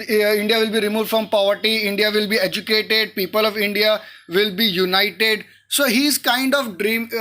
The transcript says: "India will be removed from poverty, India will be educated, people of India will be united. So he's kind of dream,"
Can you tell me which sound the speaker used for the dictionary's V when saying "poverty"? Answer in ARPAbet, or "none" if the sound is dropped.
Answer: V